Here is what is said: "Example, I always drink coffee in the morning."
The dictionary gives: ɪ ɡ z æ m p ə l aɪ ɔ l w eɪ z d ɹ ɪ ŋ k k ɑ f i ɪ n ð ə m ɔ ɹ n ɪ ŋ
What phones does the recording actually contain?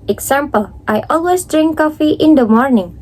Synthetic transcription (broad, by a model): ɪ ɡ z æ m p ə l aɪ ɔ l w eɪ s d ɹ ɪ ŋ k k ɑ f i ɪ n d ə m ɔ ɹ n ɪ ŋ